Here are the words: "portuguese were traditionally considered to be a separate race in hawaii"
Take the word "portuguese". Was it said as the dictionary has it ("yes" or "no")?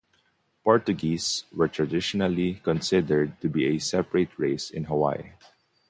no